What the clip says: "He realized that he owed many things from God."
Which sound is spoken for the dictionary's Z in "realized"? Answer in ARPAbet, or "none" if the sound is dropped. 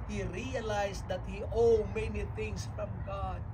S